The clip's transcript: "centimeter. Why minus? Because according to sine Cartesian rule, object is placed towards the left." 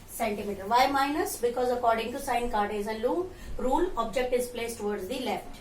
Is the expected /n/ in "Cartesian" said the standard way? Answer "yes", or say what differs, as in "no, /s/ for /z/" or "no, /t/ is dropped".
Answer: no, /l/ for /n/